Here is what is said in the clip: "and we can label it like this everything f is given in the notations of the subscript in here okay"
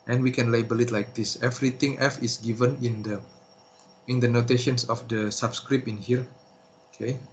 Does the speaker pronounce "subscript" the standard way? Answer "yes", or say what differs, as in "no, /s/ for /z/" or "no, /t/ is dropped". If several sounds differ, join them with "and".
no, /t/ is dropped